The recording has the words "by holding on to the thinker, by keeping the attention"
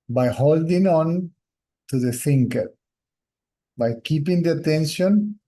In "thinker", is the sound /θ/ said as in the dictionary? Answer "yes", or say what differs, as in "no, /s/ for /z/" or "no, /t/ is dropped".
no, /s/ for /θ/